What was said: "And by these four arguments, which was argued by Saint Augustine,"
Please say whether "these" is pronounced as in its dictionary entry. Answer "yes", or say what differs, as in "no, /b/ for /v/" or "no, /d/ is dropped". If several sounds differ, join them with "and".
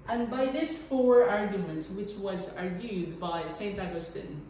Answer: no, /s/ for /z/